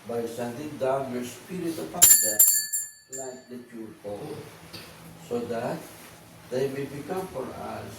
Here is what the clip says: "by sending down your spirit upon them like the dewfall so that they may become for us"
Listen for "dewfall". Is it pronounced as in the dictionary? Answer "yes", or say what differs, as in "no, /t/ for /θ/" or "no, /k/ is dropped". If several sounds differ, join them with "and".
no, /p/ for /f/